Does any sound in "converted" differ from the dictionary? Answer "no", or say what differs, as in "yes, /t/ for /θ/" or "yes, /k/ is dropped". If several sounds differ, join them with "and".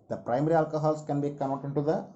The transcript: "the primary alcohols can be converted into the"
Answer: yes, /v/ is dropped